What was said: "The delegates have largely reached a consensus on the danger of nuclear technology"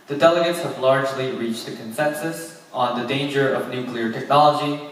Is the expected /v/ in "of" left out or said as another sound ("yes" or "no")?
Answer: no